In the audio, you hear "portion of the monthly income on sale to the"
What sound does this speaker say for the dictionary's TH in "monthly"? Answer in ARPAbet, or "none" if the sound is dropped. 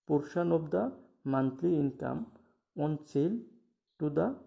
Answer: T